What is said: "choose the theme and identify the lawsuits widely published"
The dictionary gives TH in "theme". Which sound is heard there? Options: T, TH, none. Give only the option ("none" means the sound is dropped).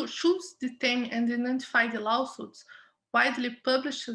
T